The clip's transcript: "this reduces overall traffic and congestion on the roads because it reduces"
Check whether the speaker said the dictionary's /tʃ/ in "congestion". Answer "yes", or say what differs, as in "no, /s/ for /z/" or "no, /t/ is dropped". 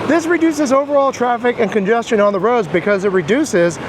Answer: yes